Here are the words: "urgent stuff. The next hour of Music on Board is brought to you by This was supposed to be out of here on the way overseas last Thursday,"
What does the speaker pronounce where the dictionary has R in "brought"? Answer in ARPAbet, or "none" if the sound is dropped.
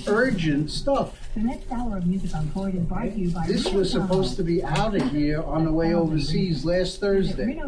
none